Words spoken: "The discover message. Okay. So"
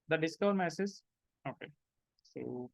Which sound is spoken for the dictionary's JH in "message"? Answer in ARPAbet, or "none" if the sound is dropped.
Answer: Z